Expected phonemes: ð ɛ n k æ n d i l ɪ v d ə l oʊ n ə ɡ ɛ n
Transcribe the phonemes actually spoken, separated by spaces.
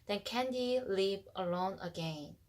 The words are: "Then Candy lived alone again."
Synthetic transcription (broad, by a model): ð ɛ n k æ n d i l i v ə l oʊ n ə ɡ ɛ n